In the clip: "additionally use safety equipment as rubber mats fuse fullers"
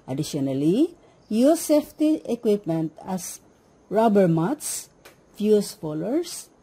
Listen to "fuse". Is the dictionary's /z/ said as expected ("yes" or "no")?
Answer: no